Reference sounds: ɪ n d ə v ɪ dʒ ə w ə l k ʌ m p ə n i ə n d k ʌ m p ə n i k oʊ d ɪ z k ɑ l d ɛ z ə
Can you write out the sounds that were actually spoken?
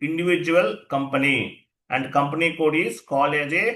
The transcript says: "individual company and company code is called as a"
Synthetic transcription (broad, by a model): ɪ n d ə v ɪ dʒ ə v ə l k ʌ m p ə n i ə n d k ʌ m p ə n i k oʊ d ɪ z k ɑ l ɛ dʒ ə